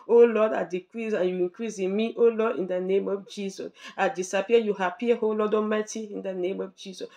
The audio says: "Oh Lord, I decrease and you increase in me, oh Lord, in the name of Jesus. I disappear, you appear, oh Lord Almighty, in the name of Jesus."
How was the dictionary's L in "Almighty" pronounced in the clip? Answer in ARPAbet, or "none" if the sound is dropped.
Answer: none